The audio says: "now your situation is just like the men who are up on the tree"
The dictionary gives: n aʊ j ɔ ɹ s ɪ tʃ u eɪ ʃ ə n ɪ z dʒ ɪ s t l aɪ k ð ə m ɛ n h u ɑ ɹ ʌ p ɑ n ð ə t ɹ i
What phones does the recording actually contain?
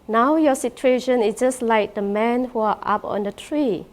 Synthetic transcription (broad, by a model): n aʊ j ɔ s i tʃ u eɪ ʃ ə n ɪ s dʒ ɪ s l aɪ k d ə m ɛ n h u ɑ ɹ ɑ p ɑ n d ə t ɹ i